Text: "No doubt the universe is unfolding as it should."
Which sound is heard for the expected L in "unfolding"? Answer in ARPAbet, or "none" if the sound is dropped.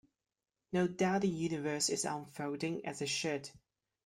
none